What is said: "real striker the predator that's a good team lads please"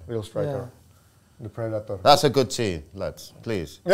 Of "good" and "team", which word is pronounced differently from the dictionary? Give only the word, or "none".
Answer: team